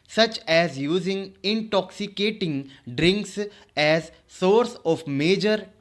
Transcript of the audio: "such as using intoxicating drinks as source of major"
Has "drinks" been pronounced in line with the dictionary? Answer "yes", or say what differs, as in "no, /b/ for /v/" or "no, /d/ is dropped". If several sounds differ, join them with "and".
yes